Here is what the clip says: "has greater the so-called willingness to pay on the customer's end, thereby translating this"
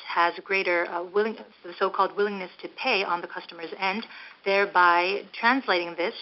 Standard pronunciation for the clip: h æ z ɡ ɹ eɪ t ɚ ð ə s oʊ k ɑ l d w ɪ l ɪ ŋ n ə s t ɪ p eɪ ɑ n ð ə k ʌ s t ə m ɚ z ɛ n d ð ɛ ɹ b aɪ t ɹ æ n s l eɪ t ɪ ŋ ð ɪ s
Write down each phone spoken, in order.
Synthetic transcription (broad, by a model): h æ z ɡ ɹ eɪ t ɚ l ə s oʊ k ɑ l d w ɪ l ɪ ŋ n ə s t ɪ p eɪ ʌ n ð ə k ʌ s t ə m ɚ z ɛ n ð ɛ ɹ b aɪ t ɹ æ n s l eɪ t ɪ ŋ ð ɪ s